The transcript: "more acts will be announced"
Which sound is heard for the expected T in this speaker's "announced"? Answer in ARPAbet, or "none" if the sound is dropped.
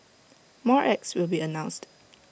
T